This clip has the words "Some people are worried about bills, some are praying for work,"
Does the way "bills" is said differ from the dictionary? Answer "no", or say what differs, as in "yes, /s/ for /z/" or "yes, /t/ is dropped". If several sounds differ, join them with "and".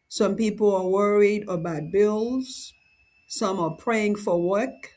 no